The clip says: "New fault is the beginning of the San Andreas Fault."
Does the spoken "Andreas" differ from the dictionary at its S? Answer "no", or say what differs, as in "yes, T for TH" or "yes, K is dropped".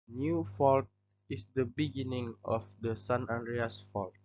no